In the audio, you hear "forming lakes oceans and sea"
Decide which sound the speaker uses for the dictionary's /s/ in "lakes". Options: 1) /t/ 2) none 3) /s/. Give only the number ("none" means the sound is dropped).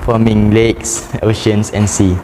3